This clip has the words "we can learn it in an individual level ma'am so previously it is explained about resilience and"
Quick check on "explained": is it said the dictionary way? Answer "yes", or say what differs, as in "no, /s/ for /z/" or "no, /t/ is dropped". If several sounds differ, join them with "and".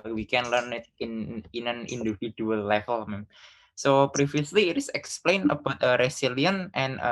no, /d/ is dropped